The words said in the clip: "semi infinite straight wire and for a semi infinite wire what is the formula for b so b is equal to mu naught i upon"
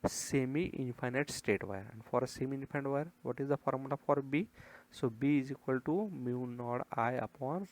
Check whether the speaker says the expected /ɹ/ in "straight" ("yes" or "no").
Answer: no